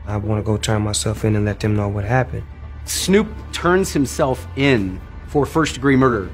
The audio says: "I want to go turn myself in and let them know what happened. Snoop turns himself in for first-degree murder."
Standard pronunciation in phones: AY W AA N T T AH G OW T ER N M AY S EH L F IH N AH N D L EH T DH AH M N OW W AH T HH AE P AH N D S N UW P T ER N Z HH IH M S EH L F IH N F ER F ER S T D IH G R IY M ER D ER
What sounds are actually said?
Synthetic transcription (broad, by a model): AY W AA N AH G OW T ER N M AY S EH L F IH N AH N L EH T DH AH M N OW W AH T HH AE P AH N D S N UW P T ER N Z HH IH M S EH L F IH N F ER F ER S D IH G R IY M ER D ER